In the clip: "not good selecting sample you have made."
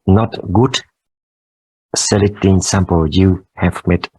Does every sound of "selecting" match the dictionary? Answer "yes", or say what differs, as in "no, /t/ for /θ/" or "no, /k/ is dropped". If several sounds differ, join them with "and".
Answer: no, /k/ is dropped